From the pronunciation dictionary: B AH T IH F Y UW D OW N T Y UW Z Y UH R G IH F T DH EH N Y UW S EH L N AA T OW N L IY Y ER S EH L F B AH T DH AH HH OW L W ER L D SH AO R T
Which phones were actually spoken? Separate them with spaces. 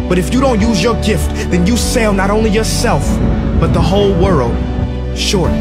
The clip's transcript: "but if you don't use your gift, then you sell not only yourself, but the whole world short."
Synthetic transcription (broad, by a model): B AH T IH F Y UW D OW N T Y UW Z Y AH R G IH F T DH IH N Y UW S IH L N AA T OW N L IY Y ER S EH L F B AH T DH AH HH OW L W ER L D SH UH R